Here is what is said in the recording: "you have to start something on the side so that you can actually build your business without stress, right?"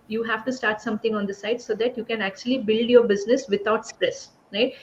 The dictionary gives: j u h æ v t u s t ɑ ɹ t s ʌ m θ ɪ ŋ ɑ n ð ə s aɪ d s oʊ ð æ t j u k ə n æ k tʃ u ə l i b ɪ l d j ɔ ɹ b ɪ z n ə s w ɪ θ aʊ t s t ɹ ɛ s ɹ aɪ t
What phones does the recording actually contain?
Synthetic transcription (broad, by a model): j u h æ v t u s t ɑ ɹ t s ʌ m t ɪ ŋ ɑ n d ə s aɪ d s oʊ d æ t j u k ə n æ k tʃ u ə l i b ɪ l d j ɔ ɹ b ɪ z n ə s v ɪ t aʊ t s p ɹ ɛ s ɹ aɪ t